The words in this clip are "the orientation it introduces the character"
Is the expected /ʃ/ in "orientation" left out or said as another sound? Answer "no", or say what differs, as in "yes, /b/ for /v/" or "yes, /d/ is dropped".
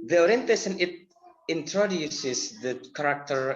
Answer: yes, /s/ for /ʃ/